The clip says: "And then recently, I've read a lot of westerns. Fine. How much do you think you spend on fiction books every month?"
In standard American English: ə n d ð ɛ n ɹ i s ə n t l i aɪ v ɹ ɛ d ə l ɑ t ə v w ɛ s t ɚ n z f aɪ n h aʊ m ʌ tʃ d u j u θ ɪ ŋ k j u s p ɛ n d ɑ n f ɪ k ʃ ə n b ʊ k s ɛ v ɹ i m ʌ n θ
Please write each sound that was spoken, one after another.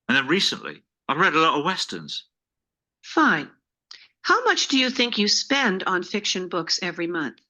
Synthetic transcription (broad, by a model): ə n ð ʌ n ɹ i s ə n t l i aɪ v ɹ ɛ d ə l ɑ t ə v w ɛ s t ɚ n z f aɪ n h aʊ m ʌ tʃ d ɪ j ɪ θ ɪ ŋ k j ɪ s p ɛ n d n f ɪ k ʃ ə n b ʊ k s ɛ v ɹ i m ʌ n θ